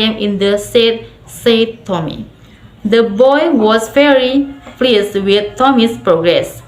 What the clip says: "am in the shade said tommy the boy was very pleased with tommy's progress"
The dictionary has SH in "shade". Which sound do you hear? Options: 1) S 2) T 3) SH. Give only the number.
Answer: 1